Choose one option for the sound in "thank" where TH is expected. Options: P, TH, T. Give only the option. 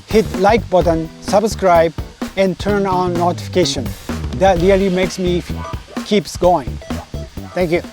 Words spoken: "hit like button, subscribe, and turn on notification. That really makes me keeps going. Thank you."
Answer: T